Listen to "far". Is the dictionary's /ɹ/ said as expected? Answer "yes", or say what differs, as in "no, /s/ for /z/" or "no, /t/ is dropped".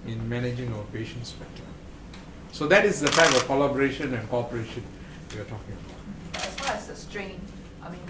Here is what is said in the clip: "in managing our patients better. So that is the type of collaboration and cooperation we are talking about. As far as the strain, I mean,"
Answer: no, /l/ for /ɹ/